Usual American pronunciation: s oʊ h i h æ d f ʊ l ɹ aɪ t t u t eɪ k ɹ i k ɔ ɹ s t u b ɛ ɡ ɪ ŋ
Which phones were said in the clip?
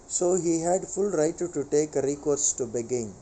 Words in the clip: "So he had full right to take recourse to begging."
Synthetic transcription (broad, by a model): s oʊ h i h æ d f ʊ l ɹ aɪ t t u t eɪ k ɹ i k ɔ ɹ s t u b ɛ ɡ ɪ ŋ